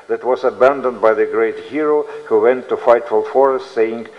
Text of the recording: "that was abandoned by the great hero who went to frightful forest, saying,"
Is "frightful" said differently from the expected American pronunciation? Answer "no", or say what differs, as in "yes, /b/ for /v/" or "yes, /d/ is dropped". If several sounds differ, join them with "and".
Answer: yes, /ɹ/ is dropped